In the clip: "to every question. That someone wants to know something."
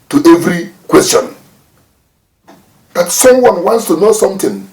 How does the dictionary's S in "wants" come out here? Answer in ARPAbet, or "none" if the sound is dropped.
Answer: S